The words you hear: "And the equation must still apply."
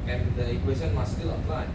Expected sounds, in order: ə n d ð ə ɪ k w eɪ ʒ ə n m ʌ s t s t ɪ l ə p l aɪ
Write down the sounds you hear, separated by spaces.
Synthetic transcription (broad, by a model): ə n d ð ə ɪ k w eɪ s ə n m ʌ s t s t ɪ l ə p l aɪ